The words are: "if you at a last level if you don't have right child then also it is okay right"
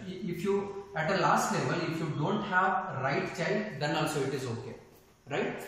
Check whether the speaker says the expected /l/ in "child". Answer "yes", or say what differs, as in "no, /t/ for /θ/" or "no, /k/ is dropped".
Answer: no, /l/ is dropped